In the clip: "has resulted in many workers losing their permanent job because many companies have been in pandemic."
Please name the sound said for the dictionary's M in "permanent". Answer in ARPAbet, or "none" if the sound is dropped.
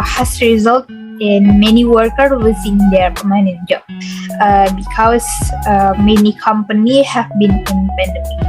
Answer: none